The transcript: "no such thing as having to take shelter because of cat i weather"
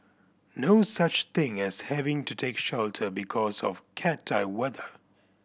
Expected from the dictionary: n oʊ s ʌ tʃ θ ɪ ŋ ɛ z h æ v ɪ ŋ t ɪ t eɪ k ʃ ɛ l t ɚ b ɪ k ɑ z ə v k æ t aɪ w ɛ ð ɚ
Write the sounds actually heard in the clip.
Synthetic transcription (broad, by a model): n oʊ s ʌ tʃ θ ɪ ŋ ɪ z h æ v ɪ ŋ t ɪ t eɪ k ʃ ɛ l t ɚ b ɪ k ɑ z ə v k æ t aɪ w ɛ ð ɚ